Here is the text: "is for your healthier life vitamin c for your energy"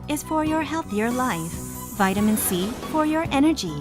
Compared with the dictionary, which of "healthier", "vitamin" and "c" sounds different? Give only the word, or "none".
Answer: none